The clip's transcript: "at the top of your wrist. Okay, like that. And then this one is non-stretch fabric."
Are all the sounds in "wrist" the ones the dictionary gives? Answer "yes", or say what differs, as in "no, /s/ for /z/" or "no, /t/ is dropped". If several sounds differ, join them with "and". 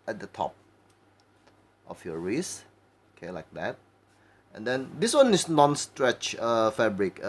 no, /t/ is dropped